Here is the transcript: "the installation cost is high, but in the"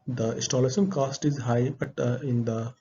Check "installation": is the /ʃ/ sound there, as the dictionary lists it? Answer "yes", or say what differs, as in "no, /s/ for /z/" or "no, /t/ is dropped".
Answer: no, /s/ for /ʃ/